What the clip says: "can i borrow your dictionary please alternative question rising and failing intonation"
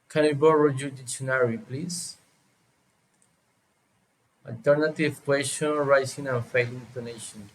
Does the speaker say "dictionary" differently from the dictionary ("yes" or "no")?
yes